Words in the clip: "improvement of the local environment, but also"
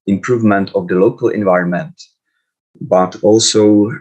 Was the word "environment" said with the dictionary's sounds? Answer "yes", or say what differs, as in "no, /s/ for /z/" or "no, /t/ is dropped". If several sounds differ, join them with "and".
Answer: yes